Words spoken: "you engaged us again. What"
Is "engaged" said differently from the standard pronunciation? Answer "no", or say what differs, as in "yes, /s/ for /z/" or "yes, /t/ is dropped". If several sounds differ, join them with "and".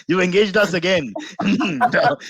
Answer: no